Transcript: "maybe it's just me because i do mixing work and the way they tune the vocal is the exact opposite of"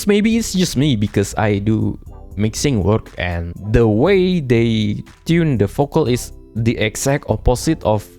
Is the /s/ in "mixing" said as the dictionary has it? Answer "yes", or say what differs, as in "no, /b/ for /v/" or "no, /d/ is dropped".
yes